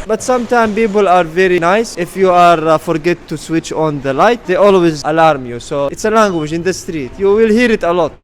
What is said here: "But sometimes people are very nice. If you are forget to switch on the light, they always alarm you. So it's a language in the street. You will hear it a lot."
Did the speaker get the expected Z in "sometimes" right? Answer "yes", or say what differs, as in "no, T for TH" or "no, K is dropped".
no, Z is dropped